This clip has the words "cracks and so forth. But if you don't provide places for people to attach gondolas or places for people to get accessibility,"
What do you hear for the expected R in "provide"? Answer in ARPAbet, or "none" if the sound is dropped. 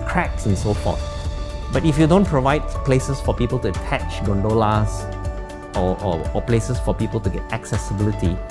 R